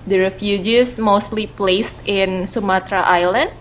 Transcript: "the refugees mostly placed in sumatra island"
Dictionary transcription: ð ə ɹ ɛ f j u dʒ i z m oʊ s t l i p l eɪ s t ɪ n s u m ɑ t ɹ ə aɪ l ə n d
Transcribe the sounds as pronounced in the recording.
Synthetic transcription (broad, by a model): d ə ɹ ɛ f j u dʒ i s m oʊ s t l i p l eɪ s t ɪ n s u m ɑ t ɹ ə aɪ l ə n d